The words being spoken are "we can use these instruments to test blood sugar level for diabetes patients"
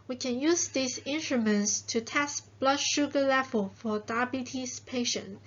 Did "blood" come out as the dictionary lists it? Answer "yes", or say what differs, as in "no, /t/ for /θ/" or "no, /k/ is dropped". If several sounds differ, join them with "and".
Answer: yes